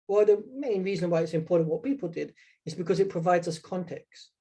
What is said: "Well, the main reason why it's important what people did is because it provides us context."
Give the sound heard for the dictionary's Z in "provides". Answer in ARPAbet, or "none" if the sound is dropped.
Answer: Z